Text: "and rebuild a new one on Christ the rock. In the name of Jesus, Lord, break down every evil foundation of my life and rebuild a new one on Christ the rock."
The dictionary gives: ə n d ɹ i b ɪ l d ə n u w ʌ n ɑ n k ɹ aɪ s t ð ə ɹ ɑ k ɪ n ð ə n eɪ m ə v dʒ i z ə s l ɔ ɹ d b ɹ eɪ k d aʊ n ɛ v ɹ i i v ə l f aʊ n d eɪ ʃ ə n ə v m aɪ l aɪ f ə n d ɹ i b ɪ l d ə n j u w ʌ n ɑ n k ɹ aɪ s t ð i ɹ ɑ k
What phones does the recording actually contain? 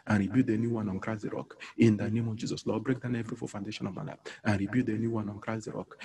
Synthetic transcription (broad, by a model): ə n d ɹ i b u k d ə n u w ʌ n ɑ n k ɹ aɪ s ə ɹ ɑ k ɪ n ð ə n eɪ m ə v dʒ i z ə s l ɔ b ɹ eɪ k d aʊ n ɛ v ɹ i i f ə f aʊ n d eɪ ʃ ə n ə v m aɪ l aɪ ə n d ɹ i b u d ə n j u w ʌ n ɑ n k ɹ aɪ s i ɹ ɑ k